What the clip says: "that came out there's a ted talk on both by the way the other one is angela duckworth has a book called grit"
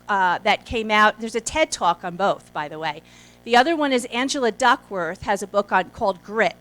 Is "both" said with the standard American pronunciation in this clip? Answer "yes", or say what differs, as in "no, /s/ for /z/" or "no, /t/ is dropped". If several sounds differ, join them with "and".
yes